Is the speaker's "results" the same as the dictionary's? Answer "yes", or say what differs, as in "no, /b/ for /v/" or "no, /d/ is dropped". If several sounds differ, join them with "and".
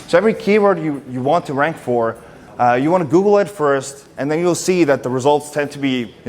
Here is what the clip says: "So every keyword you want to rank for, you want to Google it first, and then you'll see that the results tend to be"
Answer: yes